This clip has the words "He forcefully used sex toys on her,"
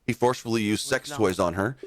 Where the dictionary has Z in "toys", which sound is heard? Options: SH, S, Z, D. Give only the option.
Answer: Z